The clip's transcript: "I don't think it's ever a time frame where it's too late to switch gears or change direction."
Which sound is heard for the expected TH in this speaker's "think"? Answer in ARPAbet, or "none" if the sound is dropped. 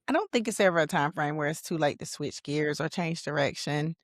TH